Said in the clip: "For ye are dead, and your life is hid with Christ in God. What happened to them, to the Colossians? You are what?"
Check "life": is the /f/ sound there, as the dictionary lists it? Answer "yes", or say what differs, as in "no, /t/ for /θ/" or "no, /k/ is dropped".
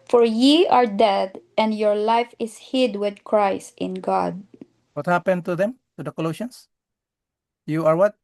yes